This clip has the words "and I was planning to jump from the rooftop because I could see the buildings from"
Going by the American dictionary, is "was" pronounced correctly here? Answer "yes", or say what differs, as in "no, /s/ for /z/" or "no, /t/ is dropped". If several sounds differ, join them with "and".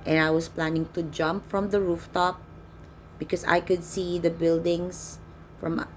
no, /s/ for /z/